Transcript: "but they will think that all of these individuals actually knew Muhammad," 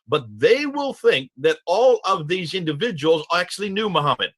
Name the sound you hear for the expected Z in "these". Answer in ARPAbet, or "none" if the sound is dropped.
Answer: Z